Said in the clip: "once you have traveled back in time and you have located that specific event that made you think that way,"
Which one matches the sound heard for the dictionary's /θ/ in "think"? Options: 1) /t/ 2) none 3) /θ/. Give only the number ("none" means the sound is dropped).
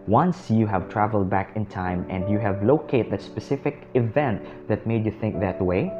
3